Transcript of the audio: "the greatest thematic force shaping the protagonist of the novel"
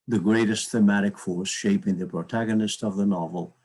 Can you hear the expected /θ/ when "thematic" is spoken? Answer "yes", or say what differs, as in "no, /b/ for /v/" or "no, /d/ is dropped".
yes